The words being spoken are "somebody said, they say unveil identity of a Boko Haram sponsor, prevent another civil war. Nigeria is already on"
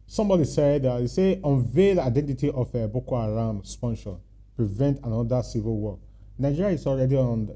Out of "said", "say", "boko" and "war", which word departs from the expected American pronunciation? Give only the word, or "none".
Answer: war